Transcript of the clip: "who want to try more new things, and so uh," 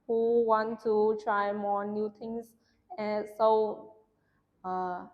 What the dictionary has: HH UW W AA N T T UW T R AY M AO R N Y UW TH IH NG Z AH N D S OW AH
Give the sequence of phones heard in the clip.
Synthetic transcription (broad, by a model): HH UW W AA N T T UW T R AY M AO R N Y UW T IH NG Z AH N S OW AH